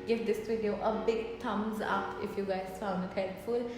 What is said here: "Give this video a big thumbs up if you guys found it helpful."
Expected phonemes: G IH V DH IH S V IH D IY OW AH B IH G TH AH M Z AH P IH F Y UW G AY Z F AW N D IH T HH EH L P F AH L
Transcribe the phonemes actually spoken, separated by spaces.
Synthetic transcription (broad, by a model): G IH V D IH S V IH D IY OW AH B IH G T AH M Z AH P IH F Y UW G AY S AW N IH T HH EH L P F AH L